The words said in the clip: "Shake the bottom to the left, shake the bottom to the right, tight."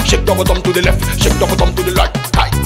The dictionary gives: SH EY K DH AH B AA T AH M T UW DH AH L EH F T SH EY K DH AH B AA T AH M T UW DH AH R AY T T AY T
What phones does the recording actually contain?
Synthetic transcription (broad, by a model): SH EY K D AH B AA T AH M T UW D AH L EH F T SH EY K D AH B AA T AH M T UW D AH L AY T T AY